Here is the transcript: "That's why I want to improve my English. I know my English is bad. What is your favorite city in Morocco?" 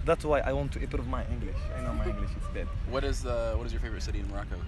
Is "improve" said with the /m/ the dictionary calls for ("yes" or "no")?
no